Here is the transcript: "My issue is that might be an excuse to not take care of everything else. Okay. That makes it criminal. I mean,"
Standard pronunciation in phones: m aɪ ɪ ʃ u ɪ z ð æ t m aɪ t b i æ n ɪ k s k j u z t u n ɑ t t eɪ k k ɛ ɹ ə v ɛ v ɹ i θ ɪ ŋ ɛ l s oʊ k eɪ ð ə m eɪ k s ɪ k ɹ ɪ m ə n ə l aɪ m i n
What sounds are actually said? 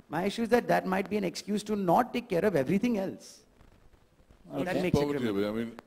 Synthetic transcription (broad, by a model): m aɪ ɪ ʃ u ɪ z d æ t m aɪ t b i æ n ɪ k s k j u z t u n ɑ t t eɪ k k ɛ ɹ ə v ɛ v ɹ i t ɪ ŋ ɛ l s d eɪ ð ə m eɪ k s ɪ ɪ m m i n